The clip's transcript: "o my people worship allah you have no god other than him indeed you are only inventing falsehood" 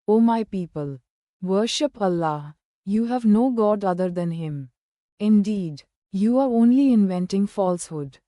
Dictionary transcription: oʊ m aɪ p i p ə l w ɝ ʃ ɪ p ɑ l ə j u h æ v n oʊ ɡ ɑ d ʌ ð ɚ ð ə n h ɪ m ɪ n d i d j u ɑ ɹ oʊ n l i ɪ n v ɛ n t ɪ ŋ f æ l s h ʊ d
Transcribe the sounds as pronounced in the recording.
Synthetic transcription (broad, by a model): oʊ m aɪ p i p ə l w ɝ ʃ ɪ p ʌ l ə j u h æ v n oʊ ɡ ɑ d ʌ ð ɚ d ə n h ɪ m ɪ n d i d j u ɑ ɹ oʊ n l i ɪ n v ɛ n t ɪ ŋ f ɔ l s h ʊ d